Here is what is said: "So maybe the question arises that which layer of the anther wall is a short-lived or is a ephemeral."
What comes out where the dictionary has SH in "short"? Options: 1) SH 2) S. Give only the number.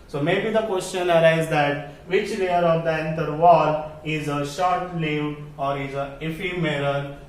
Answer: 1